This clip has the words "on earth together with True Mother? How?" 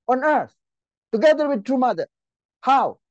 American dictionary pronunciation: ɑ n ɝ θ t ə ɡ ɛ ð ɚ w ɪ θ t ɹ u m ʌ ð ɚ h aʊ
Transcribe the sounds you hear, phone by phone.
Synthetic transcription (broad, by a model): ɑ n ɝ t t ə ɡ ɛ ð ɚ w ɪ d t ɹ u m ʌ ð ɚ h aʊ